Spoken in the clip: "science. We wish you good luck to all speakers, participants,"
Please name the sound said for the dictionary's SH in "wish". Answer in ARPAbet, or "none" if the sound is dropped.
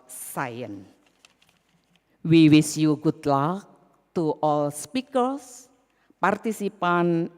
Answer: S